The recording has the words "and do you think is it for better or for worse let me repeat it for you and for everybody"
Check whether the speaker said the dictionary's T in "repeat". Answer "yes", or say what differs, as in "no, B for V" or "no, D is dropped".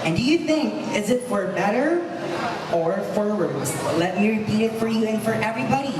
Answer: yes